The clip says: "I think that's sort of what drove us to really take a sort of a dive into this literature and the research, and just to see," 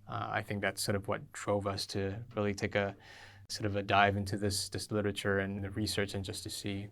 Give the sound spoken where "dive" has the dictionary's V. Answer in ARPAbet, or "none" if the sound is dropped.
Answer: V